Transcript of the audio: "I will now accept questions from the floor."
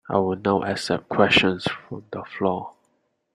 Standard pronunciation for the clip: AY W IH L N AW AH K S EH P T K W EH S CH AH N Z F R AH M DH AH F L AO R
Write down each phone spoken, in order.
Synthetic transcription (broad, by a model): AY W IH L N AW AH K S EH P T K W EH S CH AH N S F R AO M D AH F L AO